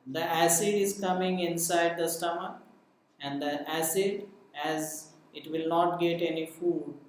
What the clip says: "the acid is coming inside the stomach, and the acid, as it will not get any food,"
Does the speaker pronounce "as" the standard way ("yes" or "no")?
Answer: yes